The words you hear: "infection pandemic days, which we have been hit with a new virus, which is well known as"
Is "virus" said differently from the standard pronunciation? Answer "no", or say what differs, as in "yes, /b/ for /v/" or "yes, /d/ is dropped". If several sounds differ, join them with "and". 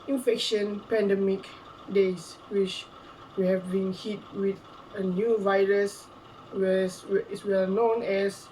no